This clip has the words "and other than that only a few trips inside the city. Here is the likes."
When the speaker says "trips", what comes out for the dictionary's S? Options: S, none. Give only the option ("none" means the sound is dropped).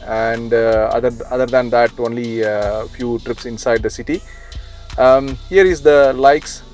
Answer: S